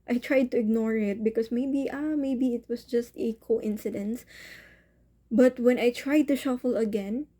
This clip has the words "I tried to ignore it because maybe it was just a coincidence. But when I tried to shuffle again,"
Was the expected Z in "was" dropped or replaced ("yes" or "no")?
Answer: yes